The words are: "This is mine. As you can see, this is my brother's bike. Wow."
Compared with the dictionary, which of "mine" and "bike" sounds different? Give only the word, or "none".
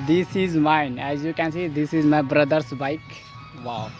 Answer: none